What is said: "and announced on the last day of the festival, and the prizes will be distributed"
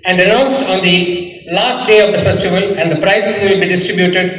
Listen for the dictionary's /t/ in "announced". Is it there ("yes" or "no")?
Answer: no